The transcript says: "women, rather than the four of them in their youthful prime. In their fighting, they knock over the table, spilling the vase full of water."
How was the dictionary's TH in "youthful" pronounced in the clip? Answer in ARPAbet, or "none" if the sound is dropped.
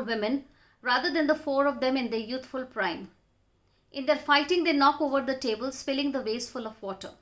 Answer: T